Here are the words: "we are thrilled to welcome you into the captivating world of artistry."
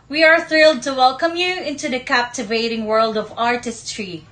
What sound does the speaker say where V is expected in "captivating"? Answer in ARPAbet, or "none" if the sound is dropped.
V